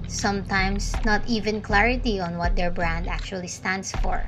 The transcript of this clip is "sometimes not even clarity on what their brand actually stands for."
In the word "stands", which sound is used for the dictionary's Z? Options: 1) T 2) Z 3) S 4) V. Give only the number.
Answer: 3